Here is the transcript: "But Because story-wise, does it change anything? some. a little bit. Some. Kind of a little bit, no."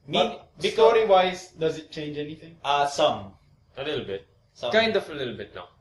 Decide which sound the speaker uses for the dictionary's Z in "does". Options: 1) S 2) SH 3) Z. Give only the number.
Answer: 3